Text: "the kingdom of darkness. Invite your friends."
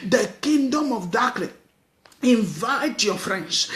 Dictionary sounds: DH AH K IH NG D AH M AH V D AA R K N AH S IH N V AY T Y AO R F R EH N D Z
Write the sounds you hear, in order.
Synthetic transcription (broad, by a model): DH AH K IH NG D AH M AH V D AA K L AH IH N V AY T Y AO F R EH N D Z